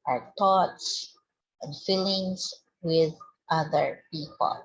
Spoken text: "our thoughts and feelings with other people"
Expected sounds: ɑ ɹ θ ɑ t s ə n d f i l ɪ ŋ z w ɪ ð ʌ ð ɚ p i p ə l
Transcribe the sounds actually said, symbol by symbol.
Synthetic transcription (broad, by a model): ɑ ɹ t ɑ t s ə n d f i l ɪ ŋ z w ɪ ð ʌ ð ɚ p i p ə l